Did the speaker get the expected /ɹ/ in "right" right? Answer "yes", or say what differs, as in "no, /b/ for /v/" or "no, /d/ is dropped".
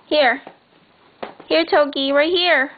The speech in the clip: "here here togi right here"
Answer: no, /w/ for /ɹ/